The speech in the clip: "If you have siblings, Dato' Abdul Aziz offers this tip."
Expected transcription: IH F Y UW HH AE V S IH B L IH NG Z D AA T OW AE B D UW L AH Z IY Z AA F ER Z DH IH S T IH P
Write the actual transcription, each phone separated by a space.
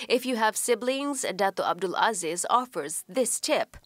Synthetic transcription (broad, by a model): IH F Y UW HH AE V S IH B L IH NG Z D AA T OW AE B D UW L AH Z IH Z AA F ER Z DH IH S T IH P